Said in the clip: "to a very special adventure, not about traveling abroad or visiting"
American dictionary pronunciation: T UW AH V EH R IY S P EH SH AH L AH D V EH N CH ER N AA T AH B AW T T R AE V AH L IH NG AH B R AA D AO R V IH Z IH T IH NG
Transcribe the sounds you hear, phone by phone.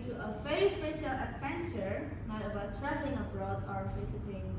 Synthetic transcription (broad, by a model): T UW AH V EH R IY S P EH SH AH L AH D V EH N CH ER N AA T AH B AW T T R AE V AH L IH NG AH B R AA D AO R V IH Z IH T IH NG